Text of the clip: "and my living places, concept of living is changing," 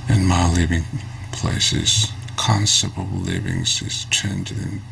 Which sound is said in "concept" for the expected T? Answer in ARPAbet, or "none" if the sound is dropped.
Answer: none